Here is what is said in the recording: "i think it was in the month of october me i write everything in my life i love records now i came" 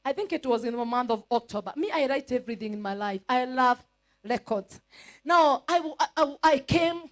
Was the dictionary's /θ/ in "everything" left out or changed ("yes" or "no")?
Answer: no